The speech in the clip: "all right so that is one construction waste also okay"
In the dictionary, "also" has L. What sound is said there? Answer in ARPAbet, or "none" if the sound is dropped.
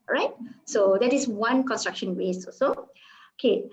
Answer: none